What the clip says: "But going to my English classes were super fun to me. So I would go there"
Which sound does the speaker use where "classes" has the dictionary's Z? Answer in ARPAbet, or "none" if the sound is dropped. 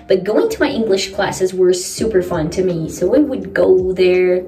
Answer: Z